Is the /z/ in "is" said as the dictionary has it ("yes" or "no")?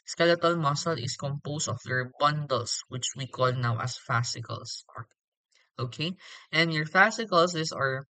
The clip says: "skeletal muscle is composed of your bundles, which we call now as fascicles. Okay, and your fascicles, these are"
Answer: no